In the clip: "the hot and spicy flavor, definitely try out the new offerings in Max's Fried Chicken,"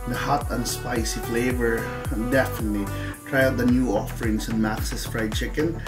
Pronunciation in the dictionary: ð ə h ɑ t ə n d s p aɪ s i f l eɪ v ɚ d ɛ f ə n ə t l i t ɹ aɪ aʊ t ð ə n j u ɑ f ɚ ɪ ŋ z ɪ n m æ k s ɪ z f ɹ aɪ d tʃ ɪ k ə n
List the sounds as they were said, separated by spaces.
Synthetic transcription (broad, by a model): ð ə h ɑ t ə n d s p aɪ s i f l eɪ v ɚ d ɛ f ə n ə t l i t ɹ aɪ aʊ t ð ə n j u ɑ f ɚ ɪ ŋ s ɪ n m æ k s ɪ s f ɹ aɪ d tʃ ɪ k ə n